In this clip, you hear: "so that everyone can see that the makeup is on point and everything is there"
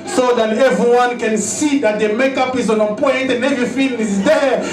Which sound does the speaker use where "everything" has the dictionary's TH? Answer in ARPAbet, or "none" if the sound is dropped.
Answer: F